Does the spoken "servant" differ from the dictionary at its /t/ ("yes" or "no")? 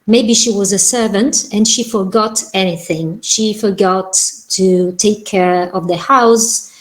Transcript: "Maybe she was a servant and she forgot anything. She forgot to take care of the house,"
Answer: no